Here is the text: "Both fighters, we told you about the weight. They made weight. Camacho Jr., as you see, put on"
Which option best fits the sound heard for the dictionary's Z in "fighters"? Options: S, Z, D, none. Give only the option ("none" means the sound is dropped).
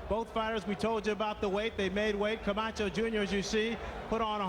Z